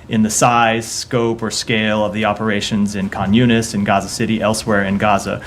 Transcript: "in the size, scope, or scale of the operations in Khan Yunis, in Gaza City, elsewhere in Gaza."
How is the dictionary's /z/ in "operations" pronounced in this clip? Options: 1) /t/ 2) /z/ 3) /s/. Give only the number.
2